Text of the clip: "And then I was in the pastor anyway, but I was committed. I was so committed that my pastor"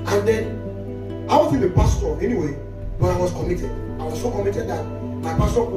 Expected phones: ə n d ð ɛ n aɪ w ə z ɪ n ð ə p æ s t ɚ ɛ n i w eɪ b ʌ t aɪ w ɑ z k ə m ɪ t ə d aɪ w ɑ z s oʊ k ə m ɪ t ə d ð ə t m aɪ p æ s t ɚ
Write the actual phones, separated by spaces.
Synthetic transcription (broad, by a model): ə n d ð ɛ n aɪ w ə s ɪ l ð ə p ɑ s t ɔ ɛ n i w eɪ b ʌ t aɪ w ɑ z k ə m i t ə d aɪ w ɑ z s oʊ k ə m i t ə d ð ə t m aɪ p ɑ s t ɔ